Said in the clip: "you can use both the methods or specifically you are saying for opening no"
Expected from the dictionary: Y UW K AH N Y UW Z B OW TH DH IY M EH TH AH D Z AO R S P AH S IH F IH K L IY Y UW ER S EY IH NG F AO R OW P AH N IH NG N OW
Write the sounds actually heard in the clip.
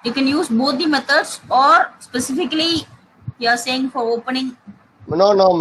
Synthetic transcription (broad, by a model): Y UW K AH N Y UW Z B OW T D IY M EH T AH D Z AO R S P AH S IH F IH K L IY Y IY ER S EY IH NG F AO R OW P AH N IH NG N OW